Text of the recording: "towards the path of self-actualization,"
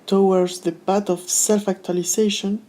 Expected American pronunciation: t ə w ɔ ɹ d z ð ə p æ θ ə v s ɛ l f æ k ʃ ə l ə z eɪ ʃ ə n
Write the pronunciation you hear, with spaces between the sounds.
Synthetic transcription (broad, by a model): t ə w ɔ ɹ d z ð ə b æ t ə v s ɛ l f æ k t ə l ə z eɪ ʃ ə n